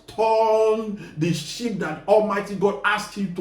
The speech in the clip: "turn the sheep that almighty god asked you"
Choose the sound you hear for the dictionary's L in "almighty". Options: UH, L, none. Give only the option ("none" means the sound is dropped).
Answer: L